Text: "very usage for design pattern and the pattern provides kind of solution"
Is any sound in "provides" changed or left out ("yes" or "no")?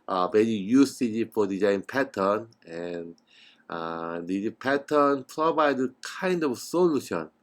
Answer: yes